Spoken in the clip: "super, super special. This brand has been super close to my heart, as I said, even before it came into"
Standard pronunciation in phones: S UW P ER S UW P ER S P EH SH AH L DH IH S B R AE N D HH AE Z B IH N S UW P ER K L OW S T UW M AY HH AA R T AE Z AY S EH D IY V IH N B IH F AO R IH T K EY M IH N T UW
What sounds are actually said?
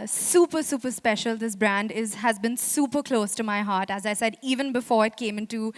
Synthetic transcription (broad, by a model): S UW P ER S UW P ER S P EH SH AH L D IH S B R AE N D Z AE Z B IH N S UW P ER K L OW S T UW M AY HH AA R T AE Z AY S EH D IY V IH N B IH F AO R IH T K EY M IH N T UW